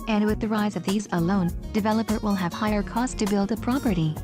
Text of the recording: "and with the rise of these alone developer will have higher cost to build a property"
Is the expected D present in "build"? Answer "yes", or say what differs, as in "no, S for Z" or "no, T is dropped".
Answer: yes